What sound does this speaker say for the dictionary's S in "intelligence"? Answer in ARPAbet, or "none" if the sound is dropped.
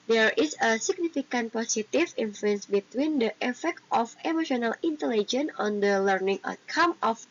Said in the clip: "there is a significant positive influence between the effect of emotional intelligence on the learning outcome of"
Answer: none